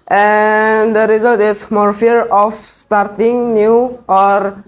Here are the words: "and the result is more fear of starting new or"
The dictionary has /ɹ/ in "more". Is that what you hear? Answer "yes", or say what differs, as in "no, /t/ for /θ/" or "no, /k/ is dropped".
yes